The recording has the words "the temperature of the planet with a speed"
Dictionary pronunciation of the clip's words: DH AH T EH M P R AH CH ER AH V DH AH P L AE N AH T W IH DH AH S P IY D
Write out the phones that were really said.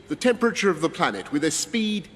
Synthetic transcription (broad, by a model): DH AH T EH M P R AH CH ER AH V DH AH P L AE N AH T W IH DH AH S P IY D